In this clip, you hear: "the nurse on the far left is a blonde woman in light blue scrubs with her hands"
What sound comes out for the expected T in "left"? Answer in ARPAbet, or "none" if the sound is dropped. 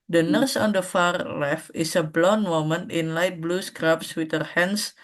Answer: none